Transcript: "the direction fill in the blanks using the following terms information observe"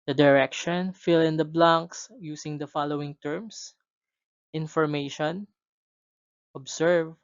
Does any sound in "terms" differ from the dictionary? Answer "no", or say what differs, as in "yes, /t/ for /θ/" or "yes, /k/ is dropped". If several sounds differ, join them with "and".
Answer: yes, /s/ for /z/